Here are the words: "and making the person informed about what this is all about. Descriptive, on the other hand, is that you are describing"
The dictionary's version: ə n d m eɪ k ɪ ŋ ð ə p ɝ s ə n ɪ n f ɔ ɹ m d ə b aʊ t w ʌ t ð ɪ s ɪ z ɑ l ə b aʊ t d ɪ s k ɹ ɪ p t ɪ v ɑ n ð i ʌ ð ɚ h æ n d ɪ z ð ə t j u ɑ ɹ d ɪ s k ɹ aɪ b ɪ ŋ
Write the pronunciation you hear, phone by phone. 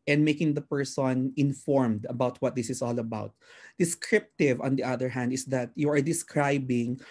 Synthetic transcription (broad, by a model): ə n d m eɪ k ɪ ŋ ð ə p ɝ s ə n ɪ n f ɔ ɹ m d ə b aʊ t w ʌ t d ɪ s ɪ s ɑ l ə b aʊ t d ɪ s k ɹ ɪ p t ɪ v ɑ n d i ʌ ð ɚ h æ n d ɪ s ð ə t j u ɑ ɹ d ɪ s k ɹ aɪ b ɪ ŋ